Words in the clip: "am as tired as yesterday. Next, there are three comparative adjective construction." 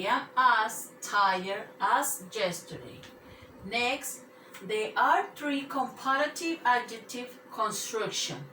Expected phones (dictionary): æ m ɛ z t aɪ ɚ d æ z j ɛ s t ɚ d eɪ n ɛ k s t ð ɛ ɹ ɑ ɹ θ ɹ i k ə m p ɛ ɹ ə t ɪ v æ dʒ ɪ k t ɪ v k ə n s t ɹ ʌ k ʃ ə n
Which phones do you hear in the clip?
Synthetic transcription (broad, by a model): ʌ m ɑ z t aɪ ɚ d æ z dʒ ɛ s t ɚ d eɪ n ɛ k s t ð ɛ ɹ ɑ ɹ t ɹ i k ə m p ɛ ɹ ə t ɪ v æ dʒ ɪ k t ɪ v k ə n s t ɹ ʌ k ʃ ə n